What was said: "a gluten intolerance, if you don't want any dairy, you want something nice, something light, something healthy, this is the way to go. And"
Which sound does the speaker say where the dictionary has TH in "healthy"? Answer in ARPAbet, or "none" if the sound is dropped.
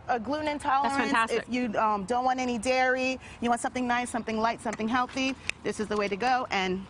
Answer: TH